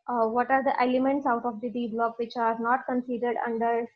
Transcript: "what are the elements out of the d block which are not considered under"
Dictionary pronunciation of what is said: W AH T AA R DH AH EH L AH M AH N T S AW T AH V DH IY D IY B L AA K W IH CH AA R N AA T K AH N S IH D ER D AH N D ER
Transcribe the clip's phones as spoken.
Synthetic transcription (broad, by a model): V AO T AA R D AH EH L AH M AH N T S AW T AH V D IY D IY B L AA K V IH CH AA R N AA T K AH N S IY D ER D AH N D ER